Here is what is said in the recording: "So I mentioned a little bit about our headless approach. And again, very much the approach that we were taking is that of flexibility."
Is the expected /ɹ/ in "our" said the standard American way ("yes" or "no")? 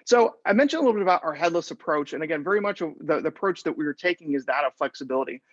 yes